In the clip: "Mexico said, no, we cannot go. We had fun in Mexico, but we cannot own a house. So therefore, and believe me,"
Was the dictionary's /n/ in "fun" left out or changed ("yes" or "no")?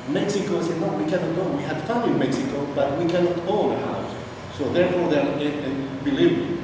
yes